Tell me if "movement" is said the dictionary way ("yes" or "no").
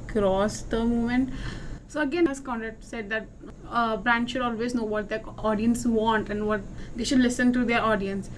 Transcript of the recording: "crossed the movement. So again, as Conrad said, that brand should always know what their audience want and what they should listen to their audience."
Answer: no